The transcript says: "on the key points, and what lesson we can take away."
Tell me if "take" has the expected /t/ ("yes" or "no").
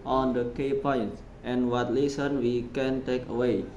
yes